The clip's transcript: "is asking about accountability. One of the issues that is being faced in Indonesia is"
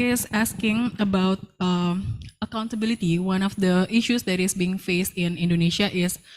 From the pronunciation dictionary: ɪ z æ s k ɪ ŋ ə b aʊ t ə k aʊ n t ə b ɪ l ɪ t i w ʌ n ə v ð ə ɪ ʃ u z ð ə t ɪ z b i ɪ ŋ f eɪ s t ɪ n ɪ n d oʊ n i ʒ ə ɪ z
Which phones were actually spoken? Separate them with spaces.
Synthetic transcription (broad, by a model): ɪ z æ s k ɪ ŋ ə b aʊ t ə k aʊ n t ə b ɪ l ɪ t i w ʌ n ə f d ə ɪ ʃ u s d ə t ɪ s b i ɪ ŋ f eɪ s t ɪ n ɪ n d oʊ n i ʃ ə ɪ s